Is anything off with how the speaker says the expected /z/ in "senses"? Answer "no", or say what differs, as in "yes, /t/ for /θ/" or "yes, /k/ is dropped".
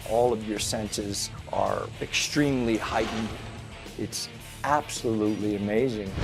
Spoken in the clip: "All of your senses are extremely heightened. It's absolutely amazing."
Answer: no